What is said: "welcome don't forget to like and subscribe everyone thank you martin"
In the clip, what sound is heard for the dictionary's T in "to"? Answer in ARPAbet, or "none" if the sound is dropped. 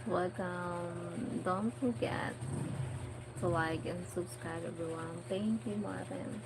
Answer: S